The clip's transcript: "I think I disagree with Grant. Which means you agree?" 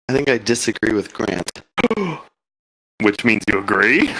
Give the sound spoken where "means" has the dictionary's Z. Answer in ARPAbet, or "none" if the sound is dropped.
Z